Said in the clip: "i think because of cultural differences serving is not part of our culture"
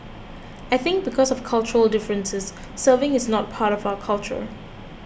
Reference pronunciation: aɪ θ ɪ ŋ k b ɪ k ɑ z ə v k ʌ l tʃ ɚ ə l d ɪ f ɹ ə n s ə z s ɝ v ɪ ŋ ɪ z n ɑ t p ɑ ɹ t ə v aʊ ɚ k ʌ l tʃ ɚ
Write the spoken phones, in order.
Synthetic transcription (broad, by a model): aɪ θ ɪ ŋ k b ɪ k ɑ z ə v k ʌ l tʃ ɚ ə l d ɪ f ɹ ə n s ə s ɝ v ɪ ŋ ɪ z n ɑ t p ɑ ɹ t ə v aʊ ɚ k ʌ l tʃ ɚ